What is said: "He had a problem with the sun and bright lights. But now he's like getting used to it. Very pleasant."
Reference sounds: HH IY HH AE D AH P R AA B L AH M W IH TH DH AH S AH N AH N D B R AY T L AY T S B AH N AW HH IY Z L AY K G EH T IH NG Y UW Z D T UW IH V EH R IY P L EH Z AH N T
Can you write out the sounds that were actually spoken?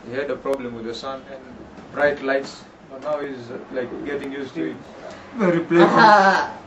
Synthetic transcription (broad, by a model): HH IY HH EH D AH P R AA B L AH M W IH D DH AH S AH N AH N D B R AY T L AY T S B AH N AW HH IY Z L AY K G EH T IH NG Y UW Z T UW IH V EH R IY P L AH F